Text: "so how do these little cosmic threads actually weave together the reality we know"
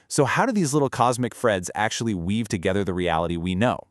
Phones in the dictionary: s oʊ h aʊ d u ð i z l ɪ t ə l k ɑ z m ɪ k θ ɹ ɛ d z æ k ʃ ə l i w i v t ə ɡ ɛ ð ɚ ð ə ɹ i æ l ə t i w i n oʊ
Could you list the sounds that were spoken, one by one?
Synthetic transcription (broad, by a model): s oʊ h aʊ d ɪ ð i z l ɪ t l k ɑ z m ɪ k f ɹ ɛ d z æ k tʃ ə l i w i v t ə ɡ ɛ ð ɚ ð ə ɹ i æ l ə t i w i n oʊ